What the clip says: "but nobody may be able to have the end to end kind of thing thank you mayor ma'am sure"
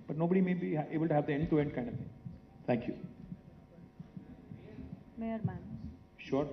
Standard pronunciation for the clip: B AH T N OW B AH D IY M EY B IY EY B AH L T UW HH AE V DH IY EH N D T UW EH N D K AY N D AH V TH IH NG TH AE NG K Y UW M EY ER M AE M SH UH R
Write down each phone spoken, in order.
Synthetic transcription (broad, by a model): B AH T N OW B AH D IY M EY B IY EY B AH L T UW HH AE V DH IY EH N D T UW EH N D K AY N D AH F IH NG T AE NG K Y UW M EY ER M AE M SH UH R